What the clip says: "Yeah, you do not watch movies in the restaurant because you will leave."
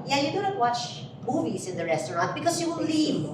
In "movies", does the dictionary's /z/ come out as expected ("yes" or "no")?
no